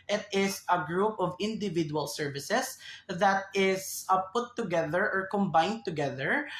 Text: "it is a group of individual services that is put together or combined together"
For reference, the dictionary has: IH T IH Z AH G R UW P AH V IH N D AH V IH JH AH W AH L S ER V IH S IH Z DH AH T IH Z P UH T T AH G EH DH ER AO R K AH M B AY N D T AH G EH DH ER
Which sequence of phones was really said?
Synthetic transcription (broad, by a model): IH T IH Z AH G R UW P AH V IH N D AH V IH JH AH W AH L S ER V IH S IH S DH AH T IH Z P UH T T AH G EH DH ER AO R K AH M B AY N D T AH G EH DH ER